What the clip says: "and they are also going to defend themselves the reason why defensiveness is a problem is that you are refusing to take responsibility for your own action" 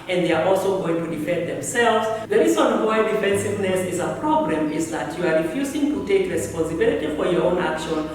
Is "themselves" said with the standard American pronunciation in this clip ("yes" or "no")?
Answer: yes